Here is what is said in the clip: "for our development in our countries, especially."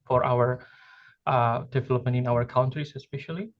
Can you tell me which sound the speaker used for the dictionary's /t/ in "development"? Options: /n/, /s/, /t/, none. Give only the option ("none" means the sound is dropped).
none